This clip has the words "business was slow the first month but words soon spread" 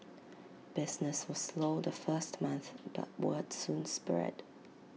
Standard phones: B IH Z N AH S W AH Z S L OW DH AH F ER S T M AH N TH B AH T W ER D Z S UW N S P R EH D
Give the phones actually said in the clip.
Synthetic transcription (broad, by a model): B IH Z N AH S W AH Z S L OW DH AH F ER S T M AH N TH B AH T W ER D S UW N S P R EH D